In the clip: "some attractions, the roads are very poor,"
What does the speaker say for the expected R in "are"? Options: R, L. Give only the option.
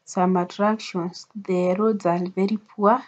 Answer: L